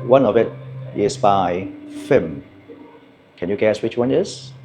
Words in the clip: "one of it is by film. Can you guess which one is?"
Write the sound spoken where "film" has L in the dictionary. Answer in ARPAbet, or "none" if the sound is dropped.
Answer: none